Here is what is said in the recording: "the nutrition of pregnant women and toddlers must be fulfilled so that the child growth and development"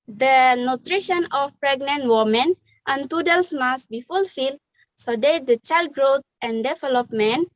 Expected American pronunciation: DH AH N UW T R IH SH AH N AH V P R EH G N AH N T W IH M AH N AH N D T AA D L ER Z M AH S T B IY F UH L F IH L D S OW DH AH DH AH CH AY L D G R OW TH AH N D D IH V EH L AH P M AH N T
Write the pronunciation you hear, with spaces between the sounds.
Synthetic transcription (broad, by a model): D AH N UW T R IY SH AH N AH F P R EH G N AH N T W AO M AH N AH N T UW D L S M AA S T B IY F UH L F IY L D S OW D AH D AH CH AY L D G R OW T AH N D D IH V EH L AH P M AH N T